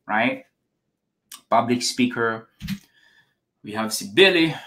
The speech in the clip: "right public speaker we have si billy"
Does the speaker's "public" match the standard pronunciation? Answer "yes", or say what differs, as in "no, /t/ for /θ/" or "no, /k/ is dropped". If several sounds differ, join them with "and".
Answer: yes